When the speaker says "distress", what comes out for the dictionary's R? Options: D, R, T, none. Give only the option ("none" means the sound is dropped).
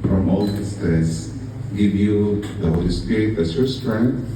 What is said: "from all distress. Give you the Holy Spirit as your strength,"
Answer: none